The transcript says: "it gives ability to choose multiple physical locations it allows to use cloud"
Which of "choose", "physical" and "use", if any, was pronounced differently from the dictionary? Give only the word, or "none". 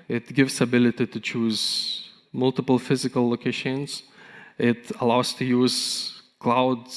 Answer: none